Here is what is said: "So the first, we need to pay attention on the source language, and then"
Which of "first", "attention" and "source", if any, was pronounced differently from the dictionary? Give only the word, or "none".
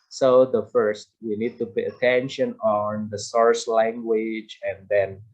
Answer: none